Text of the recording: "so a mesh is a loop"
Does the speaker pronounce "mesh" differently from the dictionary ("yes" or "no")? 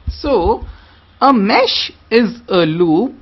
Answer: no